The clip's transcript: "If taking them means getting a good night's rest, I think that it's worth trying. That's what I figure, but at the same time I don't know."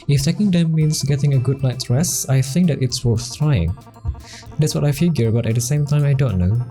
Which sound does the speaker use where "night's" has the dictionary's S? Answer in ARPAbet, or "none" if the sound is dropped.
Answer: none